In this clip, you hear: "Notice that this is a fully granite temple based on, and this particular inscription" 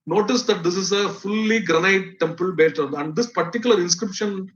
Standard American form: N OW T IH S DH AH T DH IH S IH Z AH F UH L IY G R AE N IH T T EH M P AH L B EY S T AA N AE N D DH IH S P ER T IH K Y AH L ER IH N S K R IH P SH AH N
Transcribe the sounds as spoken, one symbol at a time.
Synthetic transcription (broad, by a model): N OW T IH S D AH T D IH S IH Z AH F UH L IY G R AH N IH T T EH M P AH L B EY T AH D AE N D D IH S P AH T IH K Y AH L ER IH N S K R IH P SH AH N